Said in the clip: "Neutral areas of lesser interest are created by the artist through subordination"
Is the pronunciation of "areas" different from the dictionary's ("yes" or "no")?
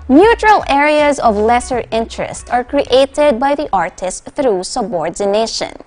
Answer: no